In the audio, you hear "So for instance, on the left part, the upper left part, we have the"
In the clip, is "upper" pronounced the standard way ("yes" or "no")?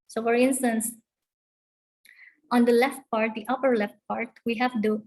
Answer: yes